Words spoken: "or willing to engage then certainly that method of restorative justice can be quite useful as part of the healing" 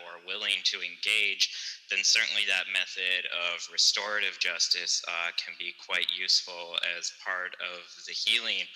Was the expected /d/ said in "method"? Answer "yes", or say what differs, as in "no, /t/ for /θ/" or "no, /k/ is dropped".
yes